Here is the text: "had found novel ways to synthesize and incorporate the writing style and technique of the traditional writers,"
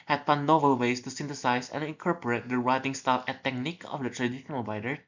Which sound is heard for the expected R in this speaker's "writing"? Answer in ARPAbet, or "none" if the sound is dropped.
R